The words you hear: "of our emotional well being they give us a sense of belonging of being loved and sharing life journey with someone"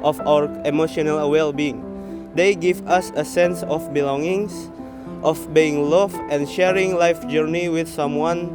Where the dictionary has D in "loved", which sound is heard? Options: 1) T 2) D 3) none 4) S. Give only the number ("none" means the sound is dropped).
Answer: 3